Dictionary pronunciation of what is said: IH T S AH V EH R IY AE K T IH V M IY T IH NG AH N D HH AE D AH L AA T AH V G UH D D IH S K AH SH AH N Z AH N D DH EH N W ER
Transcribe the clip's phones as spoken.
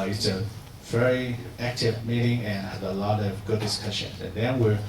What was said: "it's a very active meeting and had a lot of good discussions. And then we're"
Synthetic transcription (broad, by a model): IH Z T AH V EH R IY AE K T IH V M IY T IH NG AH N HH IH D AH L AA T AH V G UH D D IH S K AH SH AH N AH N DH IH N W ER